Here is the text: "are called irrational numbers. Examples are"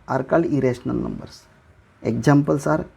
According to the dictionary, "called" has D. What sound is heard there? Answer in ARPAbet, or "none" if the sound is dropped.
none